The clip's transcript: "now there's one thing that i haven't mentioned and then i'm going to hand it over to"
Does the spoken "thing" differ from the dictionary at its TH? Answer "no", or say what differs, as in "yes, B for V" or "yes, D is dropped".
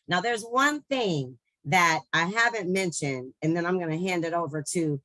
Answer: no